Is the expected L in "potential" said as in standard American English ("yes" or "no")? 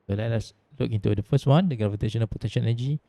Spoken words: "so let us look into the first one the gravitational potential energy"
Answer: no